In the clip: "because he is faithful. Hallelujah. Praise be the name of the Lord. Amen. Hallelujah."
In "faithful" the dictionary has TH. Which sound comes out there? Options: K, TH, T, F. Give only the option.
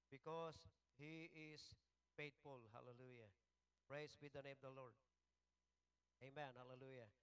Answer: T